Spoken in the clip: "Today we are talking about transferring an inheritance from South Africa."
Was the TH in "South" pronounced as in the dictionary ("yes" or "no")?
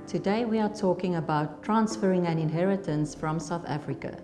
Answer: yes